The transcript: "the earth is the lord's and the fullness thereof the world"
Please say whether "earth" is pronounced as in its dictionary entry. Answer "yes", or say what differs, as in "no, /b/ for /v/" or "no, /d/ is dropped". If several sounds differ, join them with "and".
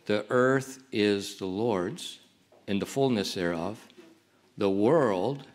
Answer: yes